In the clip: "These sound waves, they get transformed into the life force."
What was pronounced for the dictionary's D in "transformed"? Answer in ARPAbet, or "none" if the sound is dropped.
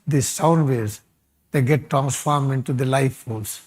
none